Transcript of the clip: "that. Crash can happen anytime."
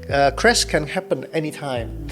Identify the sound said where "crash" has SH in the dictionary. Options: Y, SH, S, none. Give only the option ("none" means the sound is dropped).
S